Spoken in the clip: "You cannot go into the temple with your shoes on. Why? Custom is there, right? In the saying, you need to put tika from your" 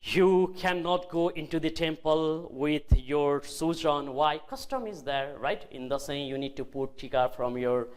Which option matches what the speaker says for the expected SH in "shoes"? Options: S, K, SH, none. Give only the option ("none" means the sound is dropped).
S